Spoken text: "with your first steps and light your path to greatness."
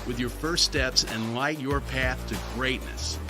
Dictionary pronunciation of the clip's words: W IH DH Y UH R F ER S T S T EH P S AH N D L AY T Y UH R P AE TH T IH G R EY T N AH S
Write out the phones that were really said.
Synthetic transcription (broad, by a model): W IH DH Y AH R F ER S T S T EH P S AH N L AY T Y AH R P AE TH T IH G R EY T N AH S